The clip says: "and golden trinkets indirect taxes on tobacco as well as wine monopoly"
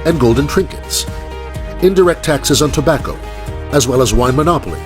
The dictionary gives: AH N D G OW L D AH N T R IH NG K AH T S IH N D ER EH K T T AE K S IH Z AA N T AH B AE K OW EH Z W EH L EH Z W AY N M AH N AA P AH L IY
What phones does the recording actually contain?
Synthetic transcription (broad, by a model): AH N G OW L D N T R IH NG K AH T S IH N D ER EH K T T AE K S IH Z N T AH B AE K OW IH Z W EH L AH Z W AY N M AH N AA P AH L IY